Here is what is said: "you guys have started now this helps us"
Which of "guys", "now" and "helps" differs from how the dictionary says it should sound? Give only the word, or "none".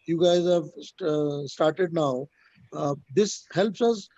none